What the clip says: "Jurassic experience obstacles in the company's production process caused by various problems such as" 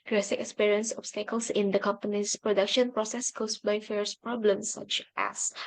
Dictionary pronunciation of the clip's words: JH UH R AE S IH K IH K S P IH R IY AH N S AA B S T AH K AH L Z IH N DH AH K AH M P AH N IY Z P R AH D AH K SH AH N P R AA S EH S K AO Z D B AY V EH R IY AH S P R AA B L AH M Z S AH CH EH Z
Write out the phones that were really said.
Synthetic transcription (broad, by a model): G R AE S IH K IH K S P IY R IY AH N S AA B S T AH K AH L S IH N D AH K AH M P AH N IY S P R AH D AH K SH AH N P R AA S EH S K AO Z B AY F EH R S P R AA B L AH M S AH CH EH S